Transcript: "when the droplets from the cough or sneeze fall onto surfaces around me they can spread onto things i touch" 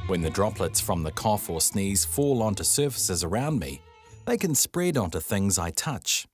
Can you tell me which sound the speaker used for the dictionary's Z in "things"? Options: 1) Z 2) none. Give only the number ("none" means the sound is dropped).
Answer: 1